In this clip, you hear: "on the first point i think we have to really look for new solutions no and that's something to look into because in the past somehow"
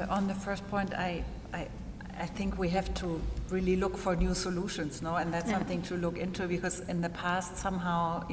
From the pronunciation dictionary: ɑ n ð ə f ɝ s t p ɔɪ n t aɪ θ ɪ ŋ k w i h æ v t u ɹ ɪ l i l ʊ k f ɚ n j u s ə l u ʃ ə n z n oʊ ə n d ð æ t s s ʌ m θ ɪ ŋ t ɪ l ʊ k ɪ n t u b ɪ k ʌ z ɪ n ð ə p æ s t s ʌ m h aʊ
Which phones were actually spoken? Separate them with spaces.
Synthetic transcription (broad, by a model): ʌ n ð ə f ɝ s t p ɔɪ n t aɪ θ ɪ ŋ k w i h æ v t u ɹ ɪ l i l ʊ k f ɚ n j u s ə l u ʃ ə n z n oʊ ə n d ð æ t s s ʌ m θ ɪ ŋ t ɪ l ʊ k ɪ n t u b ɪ k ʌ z ɪ n ð ə p æ s t s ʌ m h aʊ